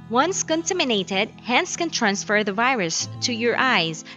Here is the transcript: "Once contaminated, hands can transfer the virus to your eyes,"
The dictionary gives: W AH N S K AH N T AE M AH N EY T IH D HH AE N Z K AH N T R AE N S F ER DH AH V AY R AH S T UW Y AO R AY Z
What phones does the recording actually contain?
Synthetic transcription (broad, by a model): W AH N S K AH N T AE M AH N EY T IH D HH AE N S K AH N T R AE N S F ER DH AH V AY R AH S T UW Y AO R AY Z